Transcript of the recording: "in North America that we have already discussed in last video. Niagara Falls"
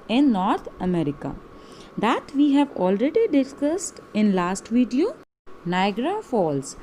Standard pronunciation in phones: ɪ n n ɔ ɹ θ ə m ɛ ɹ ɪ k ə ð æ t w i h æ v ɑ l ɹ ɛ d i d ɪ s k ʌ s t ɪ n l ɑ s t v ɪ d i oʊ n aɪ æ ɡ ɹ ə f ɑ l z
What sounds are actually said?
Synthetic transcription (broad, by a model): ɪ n n ɔ ɹ t ə m ɛ ɹ ɪ k ə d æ t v i h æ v ɑ l ɹ ɛ d i d ɪ s k ʌ s t ɪ n l ɑ s t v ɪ d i oʊ n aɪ ɡ ɹ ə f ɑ l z